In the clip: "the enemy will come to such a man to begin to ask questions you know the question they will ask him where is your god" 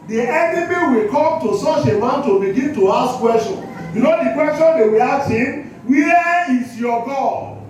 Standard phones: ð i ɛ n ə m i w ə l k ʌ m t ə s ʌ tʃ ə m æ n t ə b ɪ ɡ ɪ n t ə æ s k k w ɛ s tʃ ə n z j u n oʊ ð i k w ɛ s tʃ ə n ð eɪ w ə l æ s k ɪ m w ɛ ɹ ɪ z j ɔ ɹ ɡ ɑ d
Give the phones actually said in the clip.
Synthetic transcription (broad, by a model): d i ɛ n ə m i w ə l k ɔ m t ə s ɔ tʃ ə m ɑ n t ə b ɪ ɡ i n t ə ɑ s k k w ɛ s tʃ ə n j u n oʊ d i k w ɛ s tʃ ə n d eɪ w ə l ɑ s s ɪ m w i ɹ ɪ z j ɔ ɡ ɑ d